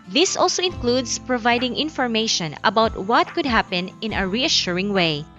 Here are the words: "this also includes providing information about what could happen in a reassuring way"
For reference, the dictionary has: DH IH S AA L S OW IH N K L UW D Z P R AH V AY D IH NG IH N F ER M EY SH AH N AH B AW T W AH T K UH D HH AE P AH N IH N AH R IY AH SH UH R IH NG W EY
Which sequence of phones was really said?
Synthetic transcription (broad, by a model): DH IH S AA L S OW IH N K L UW D S P R AH V AY D IH NG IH N F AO M EY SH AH N AH B AW T W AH T K UH D HH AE P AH N IH N AH R IY AH SH UH R IH NG W EY